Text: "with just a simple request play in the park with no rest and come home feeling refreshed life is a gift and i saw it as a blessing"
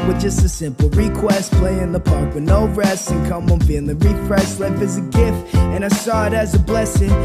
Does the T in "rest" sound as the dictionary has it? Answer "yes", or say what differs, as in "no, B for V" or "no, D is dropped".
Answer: no, T is dropped